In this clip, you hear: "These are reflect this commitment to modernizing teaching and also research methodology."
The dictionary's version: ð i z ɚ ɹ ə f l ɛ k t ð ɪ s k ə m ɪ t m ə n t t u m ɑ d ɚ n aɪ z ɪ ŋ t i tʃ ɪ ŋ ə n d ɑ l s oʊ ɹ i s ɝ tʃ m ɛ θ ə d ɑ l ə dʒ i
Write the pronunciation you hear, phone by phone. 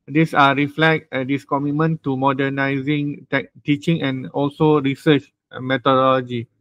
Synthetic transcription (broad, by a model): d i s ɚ ɹ ə f l ɛ k t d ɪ s k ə m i t m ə n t t u m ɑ d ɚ n aɪ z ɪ ŋ t i tʃ ɪ ŋ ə n ɑ l s oʊ ɹ i s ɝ tʃ m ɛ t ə d ɑ l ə dʒ i